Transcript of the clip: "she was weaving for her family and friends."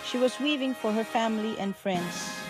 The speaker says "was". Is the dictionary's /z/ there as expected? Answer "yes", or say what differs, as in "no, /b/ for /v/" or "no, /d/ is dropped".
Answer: yes